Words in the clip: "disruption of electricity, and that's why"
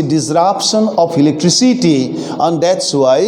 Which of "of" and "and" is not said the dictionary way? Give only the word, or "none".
of